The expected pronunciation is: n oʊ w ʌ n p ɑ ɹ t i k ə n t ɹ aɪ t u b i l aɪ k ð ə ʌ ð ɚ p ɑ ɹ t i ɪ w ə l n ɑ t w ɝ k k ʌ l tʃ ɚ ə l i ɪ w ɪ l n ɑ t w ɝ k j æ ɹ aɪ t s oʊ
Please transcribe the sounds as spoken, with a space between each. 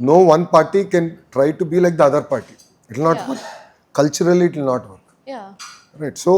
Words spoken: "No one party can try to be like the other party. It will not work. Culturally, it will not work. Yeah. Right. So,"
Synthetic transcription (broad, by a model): n oʊ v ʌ n p ɑ ɹ t i k ə n t ɹ aɪ t u b i l aɪ k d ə ʌ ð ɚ p ɑ ɹ t i ɪ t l n ɑ t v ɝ k k ʌ l tʃ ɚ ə l i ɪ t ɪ l n ɑ t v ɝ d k ɹ aɪ t s oʊ